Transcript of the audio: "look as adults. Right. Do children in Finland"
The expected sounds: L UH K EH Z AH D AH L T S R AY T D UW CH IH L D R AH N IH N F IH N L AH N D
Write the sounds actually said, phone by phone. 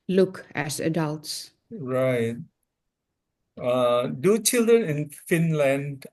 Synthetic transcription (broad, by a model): L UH K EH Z AH D AH L T S R AY T D UW CH IH L D R AH N IH N F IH N L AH N D